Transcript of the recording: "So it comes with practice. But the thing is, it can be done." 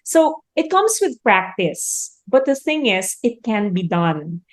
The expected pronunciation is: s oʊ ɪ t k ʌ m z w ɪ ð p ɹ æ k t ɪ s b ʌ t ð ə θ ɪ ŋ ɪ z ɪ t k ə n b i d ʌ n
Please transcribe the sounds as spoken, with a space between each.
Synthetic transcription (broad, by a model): s oʊ ɪ t k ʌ m s w ɪ ð p ɹ æ k t ɪ s b ʌ t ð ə θ ɪ ŋ ɪ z ɪ t k ə n b i d ʌ n